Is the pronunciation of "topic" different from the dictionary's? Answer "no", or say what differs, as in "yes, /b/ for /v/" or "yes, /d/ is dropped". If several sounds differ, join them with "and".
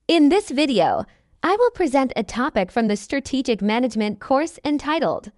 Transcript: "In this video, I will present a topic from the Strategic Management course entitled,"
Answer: no